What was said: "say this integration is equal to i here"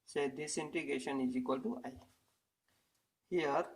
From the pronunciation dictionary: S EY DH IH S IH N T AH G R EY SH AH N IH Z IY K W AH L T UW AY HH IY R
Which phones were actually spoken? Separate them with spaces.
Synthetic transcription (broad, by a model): S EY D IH S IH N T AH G EY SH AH N IH Z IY K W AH L T UW AY HH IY R